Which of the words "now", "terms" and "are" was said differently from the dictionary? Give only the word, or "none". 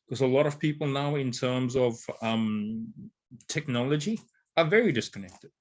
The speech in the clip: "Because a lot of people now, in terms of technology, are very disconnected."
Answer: none